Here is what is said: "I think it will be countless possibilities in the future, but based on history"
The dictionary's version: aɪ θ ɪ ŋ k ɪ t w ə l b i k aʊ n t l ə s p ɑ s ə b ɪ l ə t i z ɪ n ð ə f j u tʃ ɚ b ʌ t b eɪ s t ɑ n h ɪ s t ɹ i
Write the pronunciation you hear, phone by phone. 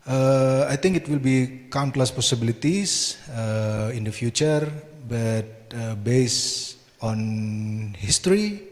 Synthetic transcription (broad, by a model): aɪ t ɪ ŋ k ɪ t w ə l b i k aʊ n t l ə s p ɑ s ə b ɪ l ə t i s ɪ n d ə f j u tʃ ɚ b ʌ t b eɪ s ɑ n h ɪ s t ɹ i